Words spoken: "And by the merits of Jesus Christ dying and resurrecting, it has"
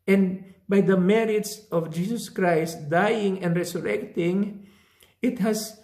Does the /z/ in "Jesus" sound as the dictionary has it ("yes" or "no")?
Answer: no